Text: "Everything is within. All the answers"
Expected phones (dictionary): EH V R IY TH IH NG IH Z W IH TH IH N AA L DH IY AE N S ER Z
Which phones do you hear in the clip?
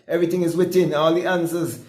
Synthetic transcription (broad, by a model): EH V R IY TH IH NG IH Z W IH T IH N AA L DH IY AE N S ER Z